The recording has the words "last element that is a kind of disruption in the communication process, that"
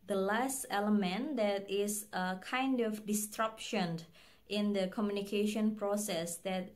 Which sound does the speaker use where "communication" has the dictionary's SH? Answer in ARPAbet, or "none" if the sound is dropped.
SH